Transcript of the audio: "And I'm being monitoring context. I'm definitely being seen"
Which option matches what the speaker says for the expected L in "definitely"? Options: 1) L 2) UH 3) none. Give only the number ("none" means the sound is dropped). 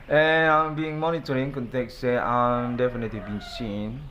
1